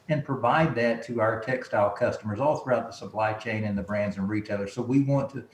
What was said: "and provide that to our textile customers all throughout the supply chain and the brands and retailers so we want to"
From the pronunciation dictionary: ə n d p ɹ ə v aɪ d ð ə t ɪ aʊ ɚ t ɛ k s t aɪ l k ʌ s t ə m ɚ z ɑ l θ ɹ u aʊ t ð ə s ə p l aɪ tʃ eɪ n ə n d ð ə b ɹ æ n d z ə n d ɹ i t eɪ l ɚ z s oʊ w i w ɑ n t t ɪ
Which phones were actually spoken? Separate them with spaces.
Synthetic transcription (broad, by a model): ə n p ɹ ə v aɪ d ð ə t ɪ aʊ ɚ t ɛ k s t aɪ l k ʌ s t ə m ɚ z ɑ l θ ɹ u aʊ t ð ə s ə p l aɪ tʃ eɪ n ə n ð ə b ɹ æ n d z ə n ɹ i t eɪ l ɚ z s oʊ w i w ɑ n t t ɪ